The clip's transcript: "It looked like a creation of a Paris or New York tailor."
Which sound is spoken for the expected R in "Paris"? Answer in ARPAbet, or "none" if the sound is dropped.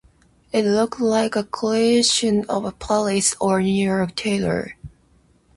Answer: L